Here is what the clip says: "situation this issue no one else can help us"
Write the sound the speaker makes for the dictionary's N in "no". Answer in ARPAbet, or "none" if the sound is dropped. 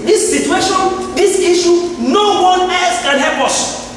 N